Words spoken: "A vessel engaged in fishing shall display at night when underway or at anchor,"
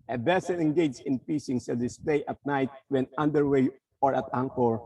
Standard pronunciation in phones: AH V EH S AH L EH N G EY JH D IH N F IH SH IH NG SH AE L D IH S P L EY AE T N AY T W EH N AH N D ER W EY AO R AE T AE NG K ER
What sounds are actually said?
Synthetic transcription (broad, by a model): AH B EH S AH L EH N G EY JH IH N P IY S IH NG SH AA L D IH S P L EY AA T N AY T W EH N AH N D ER W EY AO R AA T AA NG K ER